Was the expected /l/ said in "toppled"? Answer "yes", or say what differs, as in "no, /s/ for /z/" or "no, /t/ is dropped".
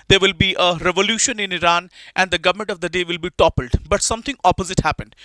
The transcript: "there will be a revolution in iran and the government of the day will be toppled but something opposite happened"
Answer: yes